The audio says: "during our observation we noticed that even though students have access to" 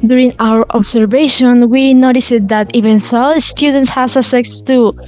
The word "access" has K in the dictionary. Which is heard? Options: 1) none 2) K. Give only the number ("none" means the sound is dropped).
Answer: 1